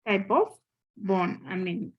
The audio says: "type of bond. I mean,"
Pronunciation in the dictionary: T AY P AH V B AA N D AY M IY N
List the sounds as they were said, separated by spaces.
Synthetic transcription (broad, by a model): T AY P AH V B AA N AY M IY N